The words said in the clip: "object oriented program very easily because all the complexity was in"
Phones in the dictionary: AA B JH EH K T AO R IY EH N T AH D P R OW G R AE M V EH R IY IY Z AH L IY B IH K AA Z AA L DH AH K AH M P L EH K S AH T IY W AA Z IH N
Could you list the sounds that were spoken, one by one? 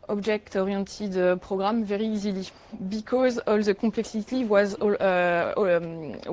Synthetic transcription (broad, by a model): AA B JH EH K T AO R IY T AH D P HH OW G R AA M V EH R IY IY Z AH L IY B IH K AA Z AA L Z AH K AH P L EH K S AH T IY W AA Z